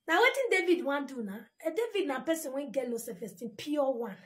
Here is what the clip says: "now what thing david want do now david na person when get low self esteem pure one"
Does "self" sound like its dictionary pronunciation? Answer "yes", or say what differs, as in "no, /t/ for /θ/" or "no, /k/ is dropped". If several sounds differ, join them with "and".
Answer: no, /l/ is dropped